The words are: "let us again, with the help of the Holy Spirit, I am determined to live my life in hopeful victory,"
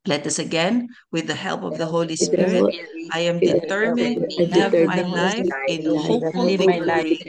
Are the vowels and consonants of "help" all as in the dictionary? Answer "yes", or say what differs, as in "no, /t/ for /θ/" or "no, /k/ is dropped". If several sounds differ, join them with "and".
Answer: yes